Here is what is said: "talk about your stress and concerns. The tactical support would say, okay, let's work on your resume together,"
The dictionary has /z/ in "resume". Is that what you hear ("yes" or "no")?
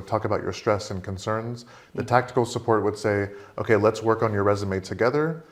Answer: yes